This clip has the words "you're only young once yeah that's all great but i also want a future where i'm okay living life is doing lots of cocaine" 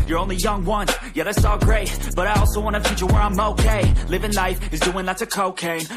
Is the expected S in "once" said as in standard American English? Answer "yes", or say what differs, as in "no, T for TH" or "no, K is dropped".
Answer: no, S is dropped